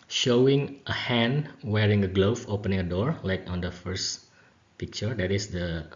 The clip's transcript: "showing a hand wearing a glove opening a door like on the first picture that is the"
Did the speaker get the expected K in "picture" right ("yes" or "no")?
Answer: yes